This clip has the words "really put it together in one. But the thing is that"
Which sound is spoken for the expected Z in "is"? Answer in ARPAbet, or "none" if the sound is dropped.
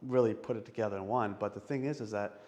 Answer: Z